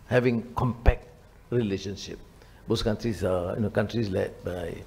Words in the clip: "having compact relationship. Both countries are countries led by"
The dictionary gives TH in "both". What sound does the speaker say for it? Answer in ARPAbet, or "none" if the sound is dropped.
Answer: S